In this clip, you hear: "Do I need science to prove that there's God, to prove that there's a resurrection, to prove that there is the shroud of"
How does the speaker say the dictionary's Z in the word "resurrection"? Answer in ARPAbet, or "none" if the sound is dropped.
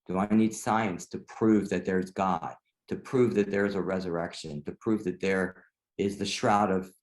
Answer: Z